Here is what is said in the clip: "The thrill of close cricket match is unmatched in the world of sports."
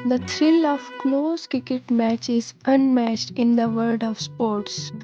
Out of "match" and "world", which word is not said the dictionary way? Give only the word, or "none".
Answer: world